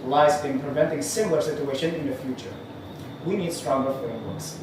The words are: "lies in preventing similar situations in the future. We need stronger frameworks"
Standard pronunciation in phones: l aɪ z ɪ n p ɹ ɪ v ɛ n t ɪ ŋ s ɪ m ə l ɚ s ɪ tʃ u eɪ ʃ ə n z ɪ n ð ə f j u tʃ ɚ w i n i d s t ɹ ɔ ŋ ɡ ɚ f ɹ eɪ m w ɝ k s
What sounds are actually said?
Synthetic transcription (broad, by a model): l aɪ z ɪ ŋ p ɹ ɪ v ɛ n t ɪ ŋ s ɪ m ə l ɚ s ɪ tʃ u eɪ ʃ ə n ɪ n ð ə f j u tʃ ɚ w i n i d s t ɹ ɔ ŋ ɡ ɚ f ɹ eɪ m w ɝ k s